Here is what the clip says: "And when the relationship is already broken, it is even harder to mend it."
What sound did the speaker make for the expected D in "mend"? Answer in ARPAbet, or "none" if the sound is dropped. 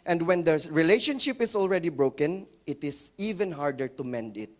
D